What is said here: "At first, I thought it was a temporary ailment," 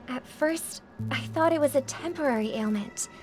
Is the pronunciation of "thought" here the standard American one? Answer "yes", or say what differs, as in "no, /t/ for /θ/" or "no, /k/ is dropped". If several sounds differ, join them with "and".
yes